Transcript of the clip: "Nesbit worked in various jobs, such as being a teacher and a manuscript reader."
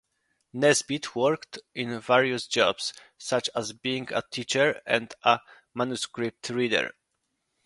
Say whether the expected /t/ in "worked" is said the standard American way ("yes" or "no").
yes